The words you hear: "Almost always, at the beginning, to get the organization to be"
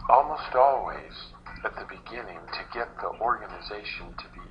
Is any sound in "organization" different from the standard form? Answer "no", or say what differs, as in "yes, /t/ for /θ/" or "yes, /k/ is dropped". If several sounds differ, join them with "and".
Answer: no